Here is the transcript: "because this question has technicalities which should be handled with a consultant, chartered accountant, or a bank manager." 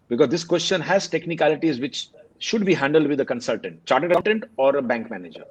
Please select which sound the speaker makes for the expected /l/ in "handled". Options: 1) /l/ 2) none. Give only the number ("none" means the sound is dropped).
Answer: 1